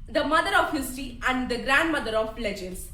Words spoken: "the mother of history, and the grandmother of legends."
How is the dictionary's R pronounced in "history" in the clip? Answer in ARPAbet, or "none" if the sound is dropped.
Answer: none